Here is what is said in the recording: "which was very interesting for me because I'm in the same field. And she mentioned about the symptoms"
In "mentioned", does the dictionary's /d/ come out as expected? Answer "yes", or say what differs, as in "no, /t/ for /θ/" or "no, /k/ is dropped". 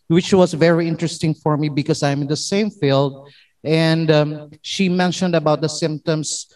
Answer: yes